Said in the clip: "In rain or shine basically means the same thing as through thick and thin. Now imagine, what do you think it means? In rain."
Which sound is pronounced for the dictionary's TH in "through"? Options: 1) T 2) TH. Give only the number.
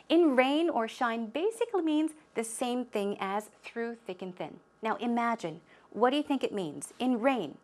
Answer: 2